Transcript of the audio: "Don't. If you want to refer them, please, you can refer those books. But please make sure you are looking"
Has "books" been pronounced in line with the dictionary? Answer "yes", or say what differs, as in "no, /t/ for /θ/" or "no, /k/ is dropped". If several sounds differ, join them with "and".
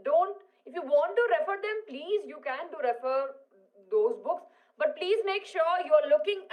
yes